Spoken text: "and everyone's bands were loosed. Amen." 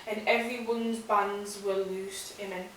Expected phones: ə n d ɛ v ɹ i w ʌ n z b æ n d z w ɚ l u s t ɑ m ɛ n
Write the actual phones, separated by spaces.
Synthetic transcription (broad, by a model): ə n ɛ v ɹ i w ʌ n z b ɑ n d z w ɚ l u s t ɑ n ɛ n